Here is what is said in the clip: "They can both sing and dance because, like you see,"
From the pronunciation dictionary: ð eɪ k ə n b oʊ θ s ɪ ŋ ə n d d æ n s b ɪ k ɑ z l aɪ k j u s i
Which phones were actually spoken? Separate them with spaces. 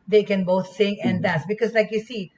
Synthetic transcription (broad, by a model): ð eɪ k ə n b oʊ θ s ɪ ŋ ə n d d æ s b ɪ k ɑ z l aɪ k j u s i